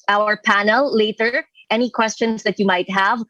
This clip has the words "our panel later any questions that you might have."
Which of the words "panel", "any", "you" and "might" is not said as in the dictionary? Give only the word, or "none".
none